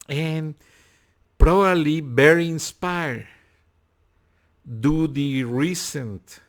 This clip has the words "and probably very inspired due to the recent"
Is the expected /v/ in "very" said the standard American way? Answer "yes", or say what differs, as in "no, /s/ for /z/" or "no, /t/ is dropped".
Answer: no, /b/ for /v/